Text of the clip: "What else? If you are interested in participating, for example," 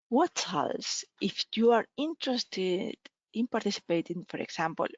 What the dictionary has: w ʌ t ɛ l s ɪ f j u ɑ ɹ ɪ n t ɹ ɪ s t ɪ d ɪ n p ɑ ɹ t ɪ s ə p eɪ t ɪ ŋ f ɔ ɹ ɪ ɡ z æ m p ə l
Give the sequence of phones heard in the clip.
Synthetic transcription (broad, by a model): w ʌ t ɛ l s ɪ f j u ɑ ɹ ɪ n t ɹ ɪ s t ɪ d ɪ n p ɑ ɹ t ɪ s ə p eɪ t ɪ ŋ f ɔ ɹ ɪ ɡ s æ m p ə l